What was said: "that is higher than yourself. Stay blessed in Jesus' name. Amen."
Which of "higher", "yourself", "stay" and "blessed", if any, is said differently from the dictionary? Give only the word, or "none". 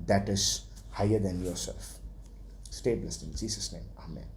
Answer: blessed